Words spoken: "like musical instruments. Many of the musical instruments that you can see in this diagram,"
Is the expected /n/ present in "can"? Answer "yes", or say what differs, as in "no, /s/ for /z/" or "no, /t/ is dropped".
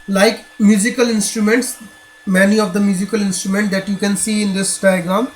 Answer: yes